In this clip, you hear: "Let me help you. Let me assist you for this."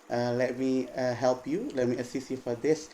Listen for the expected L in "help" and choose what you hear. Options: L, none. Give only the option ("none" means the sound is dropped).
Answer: L